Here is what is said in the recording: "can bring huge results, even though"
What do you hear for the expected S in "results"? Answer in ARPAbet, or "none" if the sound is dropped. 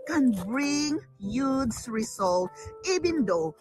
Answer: none